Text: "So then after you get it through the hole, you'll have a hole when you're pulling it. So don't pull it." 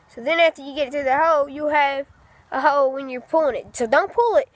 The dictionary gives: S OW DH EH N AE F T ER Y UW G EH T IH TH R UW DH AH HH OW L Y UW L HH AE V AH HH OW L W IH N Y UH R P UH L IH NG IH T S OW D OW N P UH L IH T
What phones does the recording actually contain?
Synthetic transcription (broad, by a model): S OW DH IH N AE F T ER Y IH G EH T IH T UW DH AH HH OW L Y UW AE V AH HH OW L W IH N Y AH R P UH L IH NG IH T S OW D OW N P UH L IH T